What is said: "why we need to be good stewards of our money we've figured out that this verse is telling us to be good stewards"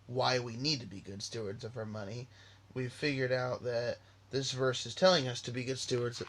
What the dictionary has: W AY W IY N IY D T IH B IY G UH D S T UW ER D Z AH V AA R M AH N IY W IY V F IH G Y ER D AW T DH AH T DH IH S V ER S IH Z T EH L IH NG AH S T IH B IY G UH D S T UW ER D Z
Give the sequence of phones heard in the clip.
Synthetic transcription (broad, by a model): W AY W IY N IY D T IH B IY G UH D S T UW ER D Z AH V AA R M AH N IY W IY V F IH G Y ER D AW T DH AH T DH IH S V ER S IH Z T EH L IH NG AH S T IH B IY G UH D S T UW ER D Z